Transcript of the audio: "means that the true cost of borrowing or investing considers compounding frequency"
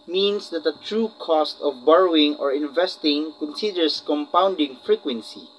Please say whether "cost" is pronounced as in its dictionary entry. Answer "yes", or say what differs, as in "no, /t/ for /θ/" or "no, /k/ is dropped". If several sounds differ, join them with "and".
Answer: yes